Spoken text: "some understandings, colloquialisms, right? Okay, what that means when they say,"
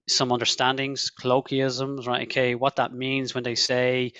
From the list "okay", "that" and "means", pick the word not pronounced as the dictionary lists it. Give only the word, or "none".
none